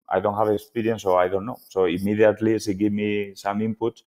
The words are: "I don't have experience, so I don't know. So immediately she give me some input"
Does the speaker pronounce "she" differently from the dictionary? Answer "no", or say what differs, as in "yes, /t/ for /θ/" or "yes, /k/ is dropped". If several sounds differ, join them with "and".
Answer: yes, /s/ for /ʃ/